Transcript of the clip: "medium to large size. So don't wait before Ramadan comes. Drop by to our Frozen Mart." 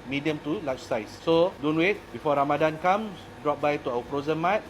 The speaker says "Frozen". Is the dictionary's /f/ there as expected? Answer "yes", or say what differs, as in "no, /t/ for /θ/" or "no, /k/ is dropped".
no, /p/ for /f/